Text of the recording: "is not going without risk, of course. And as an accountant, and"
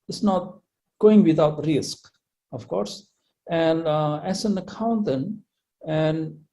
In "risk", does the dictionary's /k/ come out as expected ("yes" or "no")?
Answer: yes